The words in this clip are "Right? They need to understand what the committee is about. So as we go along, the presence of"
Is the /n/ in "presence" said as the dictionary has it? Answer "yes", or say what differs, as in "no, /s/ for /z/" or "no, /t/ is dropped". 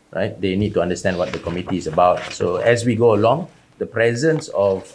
yes